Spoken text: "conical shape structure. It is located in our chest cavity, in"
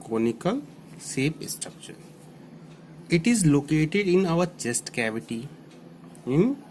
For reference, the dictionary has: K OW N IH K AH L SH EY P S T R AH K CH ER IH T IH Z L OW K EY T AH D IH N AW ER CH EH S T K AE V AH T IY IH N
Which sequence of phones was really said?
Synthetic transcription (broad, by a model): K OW N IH K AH L S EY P S T R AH K SH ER IH T IH Z L OW K EY T AH D IH N AW ER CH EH S T K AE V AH T IY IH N